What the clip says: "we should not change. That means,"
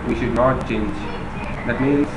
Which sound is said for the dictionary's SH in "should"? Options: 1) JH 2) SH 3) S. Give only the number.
2